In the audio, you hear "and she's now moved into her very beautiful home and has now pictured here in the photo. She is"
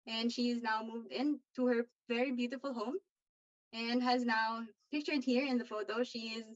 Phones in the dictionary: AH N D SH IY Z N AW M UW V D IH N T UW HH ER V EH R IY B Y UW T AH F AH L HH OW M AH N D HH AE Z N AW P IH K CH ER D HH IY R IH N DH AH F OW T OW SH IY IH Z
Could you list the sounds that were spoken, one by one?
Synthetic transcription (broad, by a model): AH N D SH IY Z N AW M UW V D IH N T UW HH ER V EH R IY B Y UW T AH F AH L HH OW M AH N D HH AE Z N AW P IH K CH ER D HH IY R IH N DH AH F OW T OW SH IY IH Z